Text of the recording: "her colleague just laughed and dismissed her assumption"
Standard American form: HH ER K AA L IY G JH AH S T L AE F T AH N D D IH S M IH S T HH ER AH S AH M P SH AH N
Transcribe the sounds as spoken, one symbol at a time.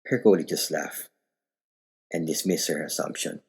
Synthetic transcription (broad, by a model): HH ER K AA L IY JH AH S T L AE F T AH N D D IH S M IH S HH ER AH S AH M P SH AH N